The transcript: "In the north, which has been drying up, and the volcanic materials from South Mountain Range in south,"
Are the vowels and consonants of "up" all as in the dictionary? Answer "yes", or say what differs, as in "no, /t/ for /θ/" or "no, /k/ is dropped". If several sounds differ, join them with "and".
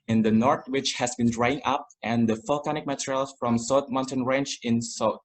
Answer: yes